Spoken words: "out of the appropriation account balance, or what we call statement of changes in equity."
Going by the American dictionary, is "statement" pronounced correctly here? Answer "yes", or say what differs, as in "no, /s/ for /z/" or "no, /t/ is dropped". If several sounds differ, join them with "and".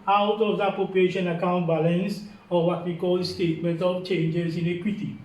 yes